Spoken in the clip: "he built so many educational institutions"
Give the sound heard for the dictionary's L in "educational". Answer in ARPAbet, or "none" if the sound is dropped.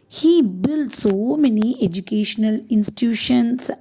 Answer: L